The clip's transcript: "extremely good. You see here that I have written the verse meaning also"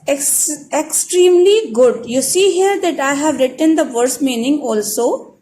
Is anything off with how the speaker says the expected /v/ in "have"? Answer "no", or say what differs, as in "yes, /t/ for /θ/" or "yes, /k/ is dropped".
no